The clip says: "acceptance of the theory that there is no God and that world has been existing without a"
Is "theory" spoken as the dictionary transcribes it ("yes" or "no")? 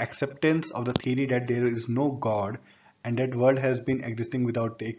no